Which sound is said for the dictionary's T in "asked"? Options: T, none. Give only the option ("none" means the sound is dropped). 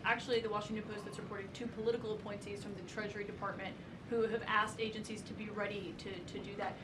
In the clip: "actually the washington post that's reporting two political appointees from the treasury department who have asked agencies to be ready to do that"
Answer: T